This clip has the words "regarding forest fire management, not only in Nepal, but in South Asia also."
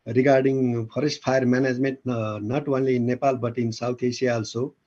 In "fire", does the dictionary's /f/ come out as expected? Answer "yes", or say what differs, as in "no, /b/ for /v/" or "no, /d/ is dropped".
no, /p/ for /f/